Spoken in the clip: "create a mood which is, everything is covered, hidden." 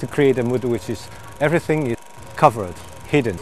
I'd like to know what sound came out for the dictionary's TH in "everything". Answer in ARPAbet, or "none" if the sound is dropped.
TH